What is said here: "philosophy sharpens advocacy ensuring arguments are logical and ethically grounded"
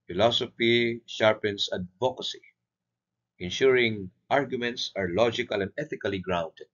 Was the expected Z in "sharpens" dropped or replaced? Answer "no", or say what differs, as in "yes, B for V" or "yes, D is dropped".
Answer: yes, S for Z